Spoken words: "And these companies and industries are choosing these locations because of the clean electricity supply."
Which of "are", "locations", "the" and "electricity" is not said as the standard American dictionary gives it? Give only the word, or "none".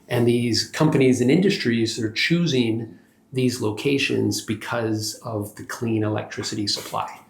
none